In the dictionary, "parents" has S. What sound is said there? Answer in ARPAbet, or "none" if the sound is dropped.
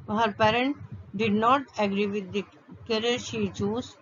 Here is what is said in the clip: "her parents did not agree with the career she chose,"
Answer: none